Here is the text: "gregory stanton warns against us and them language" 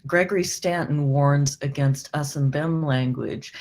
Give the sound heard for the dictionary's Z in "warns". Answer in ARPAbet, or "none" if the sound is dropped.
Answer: Z